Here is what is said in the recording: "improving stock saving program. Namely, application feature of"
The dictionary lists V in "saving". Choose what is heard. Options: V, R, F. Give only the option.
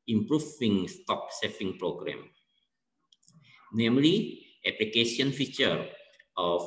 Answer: F